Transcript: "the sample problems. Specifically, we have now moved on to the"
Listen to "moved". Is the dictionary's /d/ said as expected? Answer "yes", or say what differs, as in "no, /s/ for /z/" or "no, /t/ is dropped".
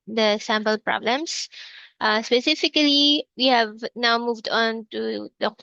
yes